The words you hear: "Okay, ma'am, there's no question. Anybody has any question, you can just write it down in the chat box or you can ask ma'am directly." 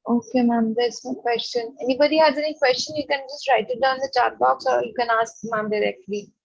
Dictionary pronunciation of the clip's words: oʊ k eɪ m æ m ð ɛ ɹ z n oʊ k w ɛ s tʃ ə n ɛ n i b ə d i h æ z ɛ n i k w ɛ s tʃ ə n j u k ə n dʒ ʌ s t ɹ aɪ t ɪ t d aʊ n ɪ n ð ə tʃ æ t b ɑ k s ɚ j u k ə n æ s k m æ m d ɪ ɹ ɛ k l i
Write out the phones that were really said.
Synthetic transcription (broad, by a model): oʊ k eɪ m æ m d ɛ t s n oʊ k w ɛ s tʃ ə n ɛ n i b ə d i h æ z ɛ n i k w ɛ s tʃ ə n j u k ə n dʒ ʌ s t ɹ aɪ t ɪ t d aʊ ɪ n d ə tʃ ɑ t b ɑ k s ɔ j u k ə n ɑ s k m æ m d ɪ ɹ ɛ k l i